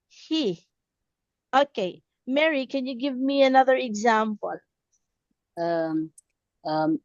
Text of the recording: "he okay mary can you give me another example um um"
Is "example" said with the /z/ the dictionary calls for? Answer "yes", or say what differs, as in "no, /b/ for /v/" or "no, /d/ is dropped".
yes